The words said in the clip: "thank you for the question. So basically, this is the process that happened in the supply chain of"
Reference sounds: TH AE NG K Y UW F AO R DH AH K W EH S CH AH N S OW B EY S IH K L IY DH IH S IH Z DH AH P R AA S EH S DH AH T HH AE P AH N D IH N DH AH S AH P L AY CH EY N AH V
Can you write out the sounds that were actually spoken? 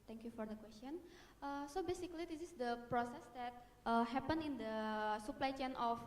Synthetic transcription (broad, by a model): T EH NG K Y UW F AO R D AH K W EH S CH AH N S OW B EY S IH K L IY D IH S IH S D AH P R AA S EH S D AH T HH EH P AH N IH N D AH S AH P L AY CH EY N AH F